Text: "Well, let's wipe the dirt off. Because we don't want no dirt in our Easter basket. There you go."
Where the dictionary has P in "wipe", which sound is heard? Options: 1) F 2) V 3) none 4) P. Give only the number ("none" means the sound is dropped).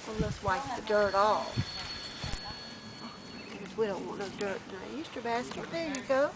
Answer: 1